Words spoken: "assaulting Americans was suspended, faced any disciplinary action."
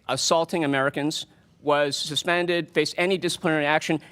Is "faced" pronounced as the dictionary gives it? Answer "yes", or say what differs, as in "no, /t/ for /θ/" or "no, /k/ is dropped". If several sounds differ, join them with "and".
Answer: no, /t/ is dropped